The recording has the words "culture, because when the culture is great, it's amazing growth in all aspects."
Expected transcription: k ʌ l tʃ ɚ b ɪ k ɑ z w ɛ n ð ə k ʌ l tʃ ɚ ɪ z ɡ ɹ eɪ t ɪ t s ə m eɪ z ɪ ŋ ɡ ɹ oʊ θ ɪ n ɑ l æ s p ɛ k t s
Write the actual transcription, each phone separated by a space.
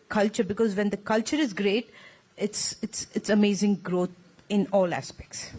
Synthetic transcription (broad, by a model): k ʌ l tʃ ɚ b ɪ k ɑ z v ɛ n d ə k ʌ l tʃ ɚ ɪ z ɡ ɹ eɪ t ɪ t s ə m eɪ z ɪ ŋ ɡ ɹ oʊ t ɪ n ɑ l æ s p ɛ k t s